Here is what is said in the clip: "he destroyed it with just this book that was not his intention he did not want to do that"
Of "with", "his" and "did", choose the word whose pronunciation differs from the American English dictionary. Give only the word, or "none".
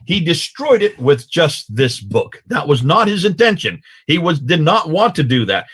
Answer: none